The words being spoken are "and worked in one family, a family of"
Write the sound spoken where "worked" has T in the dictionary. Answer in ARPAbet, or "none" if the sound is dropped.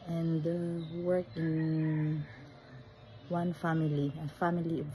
none